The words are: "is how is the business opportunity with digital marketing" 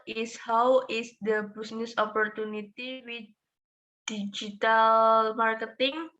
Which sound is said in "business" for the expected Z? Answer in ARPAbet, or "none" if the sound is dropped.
S